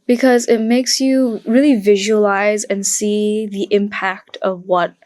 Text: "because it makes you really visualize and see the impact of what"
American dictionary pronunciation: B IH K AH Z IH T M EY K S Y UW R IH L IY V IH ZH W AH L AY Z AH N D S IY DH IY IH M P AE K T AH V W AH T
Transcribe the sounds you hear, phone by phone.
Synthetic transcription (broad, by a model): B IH K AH Z IH T M EY K S Y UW R IH L IY V IH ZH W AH L AY Z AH N S IY DH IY IH M P AE K T AH V W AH T